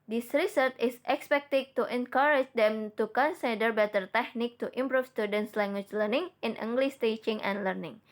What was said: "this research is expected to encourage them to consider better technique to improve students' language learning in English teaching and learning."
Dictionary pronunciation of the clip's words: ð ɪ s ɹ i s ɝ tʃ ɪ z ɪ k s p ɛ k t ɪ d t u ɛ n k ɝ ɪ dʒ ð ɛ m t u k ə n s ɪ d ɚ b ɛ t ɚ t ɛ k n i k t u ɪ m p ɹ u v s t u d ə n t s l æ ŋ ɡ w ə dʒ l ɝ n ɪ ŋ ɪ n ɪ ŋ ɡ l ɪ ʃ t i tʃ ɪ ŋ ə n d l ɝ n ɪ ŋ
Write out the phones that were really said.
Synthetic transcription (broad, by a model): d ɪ s ɹ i s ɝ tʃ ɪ s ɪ k s p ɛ k t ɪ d t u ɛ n k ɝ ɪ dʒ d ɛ m t u k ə n s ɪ d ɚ b ɛ t ɚ t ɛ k n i k t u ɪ m p ɹ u f s t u d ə n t s l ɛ ŋ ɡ w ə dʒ l ɝ n ɪ ŋ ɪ n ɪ ŋ ɡ l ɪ s t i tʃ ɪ ŋ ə n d l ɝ n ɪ ŋ